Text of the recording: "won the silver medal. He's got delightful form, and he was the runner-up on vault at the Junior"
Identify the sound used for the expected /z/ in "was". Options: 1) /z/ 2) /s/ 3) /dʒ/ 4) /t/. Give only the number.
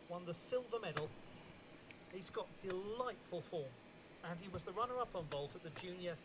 1